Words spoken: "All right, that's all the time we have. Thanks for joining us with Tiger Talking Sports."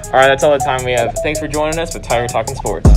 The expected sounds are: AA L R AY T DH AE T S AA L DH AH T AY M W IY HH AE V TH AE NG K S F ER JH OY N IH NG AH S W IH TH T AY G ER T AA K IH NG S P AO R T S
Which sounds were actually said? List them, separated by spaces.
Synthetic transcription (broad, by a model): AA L R AY T DH AE T S AA L DH AH T AY M W IY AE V TH AE NG K S F ER JH OY N IH NG AH S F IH T AY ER T AA K IH NG S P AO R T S